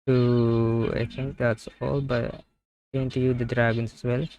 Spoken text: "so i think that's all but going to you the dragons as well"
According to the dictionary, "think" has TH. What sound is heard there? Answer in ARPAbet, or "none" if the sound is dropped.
T